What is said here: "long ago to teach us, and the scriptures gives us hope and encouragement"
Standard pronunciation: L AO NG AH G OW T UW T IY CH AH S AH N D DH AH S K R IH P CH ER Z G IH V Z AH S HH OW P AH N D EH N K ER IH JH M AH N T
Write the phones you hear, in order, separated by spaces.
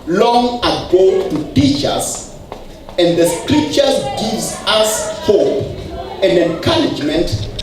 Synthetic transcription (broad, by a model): L AO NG AH G OW T UW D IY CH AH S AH N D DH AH S K R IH P CH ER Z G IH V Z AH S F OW AH N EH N K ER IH JH M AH N T